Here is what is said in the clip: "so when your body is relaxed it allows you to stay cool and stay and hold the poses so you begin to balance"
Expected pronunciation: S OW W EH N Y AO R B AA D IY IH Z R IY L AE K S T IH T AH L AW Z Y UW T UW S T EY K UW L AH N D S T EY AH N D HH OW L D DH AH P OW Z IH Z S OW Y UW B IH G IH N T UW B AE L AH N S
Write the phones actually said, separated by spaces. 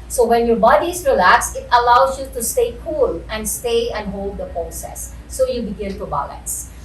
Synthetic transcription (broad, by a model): S OW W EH N Y AO R B AA D IY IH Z R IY L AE K S IH T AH L AW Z Y UW T UW S T EY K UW L AH N D S T EY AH N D HH OW L D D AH P OW S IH S OW Y UW B IH G IH N T UW B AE L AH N S